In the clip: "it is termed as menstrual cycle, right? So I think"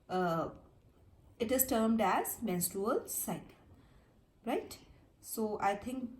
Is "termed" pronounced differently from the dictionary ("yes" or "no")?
no